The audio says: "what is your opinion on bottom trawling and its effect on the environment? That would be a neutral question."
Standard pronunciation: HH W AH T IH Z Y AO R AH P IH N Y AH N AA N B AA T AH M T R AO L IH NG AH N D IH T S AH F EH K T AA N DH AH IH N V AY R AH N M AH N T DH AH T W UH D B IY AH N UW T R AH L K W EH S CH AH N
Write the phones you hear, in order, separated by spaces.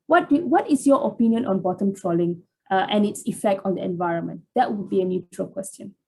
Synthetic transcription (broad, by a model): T W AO T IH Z Y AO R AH P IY N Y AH N AA N B AA T AH M T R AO L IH NG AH N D IH T S AH F EH K T AA N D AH IH N V AY R AH N M AH N T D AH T W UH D B IY AH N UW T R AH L K W EH S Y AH N